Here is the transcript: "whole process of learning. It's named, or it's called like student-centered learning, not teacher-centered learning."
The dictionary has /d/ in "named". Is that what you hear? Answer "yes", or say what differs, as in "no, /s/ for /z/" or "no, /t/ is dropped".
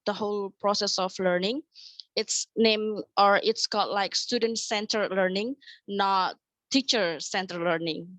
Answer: no, /d/ is dropped